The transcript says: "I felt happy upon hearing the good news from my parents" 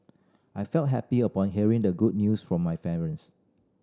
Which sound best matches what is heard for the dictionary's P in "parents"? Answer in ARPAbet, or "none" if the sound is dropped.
F